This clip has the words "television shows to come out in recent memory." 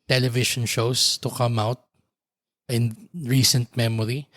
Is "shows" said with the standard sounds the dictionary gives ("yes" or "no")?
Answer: no